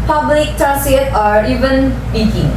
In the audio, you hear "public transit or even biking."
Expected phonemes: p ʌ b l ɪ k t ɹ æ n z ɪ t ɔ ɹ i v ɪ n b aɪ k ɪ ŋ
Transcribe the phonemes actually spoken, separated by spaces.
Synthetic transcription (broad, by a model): p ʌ b l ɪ k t ɑ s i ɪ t ɔ ɹ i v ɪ n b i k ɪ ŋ